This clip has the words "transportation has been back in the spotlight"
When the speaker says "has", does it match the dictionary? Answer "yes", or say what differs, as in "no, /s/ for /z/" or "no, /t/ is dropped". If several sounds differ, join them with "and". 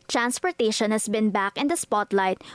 no, /s/ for /z/